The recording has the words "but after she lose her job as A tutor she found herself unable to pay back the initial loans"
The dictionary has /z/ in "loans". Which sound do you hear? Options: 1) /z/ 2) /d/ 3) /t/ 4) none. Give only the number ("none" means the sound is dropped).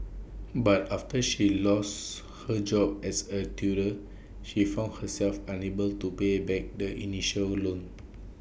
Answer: 4